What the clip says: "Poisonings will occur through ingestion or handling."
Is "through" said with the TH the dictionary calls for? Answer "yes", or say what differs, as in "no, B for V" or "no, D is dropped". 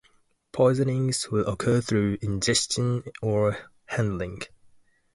yes